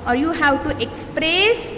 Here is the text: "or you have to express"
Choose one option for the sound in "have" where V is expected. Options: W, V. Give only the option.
W